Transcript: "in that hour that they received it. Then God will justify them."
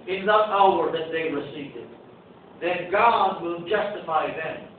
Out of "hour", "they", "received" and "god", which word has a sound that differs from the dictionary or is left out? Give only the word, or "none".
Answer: received